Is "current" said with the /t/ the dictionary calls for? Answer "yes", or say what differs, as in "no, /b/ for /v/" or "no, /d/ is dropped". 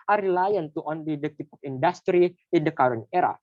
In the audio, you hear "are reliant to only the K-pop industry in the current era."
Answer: no, /t/ is dropped